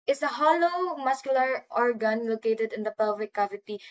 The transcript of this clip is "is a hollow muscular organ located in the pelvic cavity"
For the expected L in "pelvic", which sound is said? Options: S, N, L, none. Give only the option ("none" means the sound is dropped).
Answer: none